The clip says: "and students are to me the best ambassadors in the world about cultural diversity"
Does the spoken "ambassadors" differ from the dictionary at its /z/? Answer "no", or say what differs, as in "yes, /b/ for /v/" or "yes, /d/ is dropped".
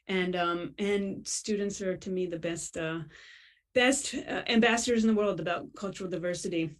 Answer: no